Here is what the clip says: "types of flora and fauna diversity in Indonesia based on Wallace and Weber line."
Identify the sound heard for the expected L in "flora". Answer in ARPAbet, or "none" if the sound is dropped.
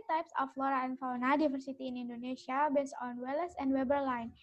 L